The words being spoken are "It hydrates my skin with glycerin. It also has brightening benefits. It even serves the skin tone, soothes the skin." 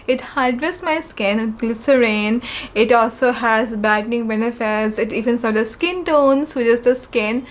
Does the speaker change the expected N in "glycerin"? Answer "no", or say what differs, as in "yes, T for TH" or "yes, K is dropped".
no